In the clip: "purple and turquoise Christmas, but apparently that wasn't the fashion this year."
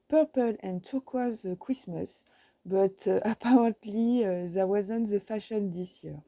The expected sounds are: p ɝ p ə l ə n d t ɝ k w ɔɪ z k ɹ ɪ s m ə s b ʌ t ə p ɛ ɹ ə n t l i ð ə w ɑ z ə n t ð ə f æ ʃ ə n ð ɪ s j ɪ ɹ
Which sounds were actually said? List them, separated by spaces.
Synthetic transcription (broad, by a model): p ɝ p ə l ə n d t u k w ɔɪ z k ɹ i s m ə s b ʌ t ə p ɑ ɹ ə t l i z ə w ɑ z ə n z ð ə f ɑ ʃ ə n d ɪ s j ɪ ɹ